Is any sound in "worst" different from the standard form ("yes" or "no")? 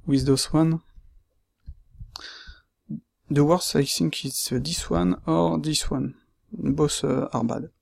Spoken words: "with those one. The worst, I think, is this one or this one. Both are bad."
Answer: yes